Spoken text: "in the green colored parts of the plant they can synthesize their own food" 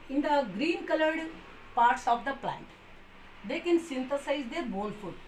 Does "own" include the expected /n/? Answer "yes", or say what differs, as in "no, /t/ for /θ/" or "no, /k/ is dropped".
no, /l/ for /n/